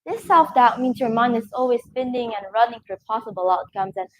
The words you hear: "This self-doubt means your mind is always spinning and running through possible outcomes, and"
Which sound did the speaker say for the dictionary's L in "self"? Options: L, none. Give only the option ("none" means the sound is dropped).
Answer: none